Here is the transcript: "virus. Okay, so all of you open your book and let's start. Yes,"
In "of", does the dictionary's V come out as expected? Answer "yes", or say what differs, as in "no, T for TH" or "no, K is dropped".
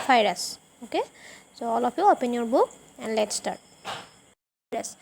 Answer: no, P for V